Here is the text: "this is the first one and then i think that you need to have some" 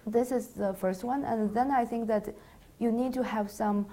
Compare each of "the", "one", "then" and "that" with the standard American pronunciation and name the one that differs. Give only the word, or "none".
none